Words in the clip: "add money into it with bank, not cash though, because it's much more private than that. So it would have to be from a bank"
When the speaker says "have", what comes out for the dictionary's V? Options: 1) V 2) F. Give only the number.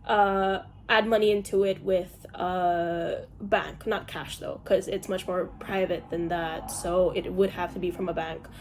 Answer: 2